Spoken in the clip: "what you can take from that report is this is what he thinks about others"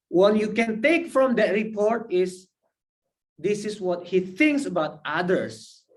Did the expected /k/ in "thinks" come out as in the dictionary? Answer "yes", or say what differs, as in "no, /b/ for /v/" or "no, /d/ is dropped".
yes